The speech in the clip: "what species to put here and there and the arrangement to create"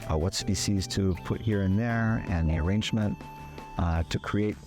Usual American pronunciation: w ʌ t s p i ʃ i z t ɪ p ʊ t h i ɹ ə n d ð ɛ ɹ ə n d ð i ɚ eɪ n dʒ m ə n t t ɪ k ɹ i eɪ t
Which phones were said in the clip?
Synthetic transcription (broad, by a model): w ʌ t s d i s i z t ɪ p ʊ t h i ɹ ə n ð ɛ ɹ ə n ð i ɚ eɪ n dʒ m ə n t t ɪ k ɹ i eɪ t